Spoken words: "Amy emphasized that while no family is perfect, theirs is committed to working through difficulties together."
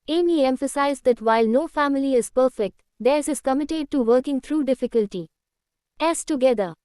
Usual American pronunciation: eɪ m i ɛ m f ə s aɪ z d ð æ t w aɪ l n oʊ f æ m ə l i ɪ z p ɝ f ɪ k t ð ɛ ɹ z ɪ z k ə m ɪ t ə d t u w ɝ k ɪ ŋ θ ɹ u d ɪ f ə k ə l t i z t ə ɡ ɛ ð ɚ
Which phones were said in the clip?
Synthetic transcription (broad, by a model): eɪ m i ɛ m f ə s aɪ z d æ t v aɪ l n oʊ f æ m ə l i ɪ z p ɝ f ɪ k t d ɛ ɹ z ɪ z k ə m ɪ t ə d t u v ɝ k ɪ ŋ t ɹ u d ɪ f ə k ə l t i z t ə ɡ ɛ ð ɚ